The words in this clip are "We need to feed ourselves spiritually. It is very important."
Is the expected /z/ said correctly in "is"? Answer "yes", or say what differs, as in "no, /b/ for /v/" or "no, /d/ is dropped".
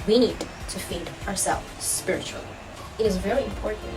yes